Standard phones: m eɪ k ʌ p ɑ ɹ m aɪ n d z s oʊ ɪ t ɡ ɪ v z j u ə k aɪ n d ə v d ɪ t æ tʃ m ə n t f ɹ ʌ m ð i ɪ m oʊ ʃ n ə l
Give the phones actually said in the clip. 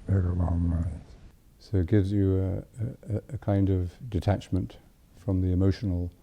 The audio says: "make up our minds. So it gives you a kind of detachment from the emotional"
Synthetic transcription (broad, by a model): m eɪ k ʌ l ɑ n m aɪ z s oʊ ɪ t ɡ ɪ v z j ə k aɪ n d ə v d ɪ t æ tʃ m ə n t f ɹ ʌ m ð i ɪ m oʊ ʃ n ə l